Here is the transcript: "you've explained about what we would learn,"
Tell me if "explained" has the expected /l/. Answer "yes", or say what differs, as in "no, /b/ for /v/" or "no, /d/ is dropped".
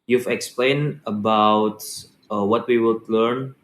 yes